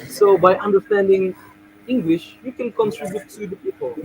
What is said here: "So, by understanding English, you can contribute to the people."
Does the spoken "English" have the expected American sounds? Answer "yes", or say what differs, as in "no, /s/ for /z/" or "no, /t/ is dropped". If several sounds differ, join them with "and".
yes